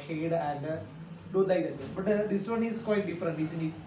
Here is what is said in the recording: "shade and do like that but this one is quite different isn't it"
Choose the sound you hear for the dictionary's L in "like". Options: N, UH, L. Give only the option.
N